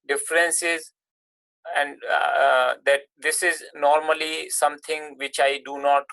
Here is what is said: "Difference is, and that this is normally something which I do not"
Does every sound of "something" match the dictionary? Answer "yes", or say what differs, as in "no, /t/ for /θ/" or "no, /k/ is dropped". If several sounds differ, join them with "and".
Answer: no, /t/ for /θ/